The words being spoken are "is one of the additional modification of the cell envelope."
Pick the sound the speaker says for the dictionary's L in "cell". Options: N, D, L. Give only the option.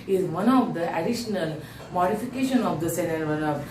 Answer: N